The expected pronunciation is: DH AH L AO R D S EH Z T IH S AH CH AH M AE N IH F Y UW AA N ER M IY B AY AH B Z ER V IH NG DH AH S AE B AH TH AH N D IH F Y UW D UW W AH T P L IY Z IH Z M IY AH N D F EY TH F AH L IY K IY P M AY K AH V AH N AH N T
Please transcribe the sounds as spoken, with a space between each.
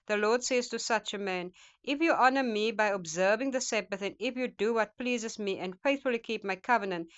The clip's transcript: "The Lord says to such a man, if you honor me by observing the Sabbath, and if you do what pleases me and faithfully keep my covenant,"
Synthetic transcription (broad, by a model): DH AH L AO R D S EH Z T IH S AH CH AH M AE N IH F Y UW AA N ER M IY B AY AH B Z ER V IH NG DH AH S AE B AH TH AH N IH F Y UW D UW W AH T P L IY Z IH Z M IY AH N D F EY TH F AH L IY K IY P M AY K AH V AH N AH N T